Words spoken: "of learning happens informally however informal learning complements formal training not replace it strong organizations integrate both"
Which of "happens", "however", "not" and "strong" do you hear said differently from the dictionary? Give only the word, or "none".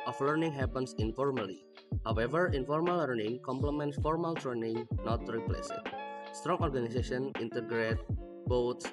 happens